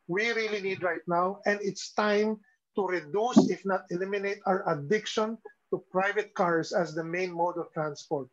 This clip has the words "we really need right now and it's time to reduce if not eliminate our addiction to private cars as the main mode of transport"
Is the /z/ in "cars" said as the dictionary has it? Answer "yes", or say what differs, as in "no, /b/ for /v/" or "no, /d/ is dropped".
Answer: no, /s/ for /z/